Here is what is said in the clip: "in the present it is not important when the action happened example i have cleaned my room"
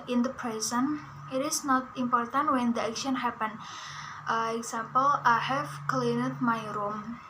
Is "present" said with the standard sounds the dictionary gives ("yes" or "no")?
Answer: no